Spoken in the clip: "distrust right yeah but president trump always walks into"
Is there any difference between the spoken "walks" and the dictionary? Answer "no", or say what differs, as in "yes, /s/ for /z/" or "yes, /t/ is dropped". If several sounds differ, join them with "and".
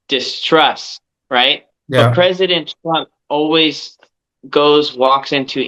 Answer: no